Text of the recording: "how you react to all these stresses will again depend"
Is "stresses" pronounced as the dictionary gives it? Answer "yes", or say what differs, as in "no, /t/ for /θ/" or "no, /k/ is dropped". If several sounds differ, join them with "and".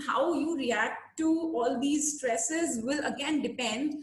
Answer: yes